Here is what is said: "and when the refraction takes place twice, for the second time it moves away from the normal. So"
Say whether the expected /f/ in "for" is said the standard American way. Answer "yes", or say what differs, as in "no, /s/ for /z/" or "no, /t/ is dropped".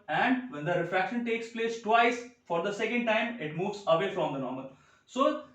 yes